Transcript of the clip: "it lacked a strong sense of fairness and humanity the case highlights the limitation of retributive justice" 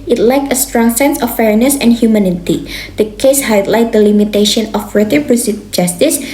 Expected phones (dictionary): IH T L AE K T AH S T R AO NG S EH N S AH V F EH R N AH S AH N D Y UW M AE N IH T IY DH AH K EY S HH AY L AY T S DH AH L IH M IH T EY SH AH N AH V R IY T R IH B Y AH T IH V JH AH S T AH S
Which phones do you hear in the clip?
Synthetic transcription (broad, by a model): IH T L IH K AH S T R AO NG S EH N S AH F EH R N AH S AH N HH Y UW M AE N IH T IY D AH K EY S HH AY L AY T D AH L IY M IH T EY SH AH N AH F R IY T IH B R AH S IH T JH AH S T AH S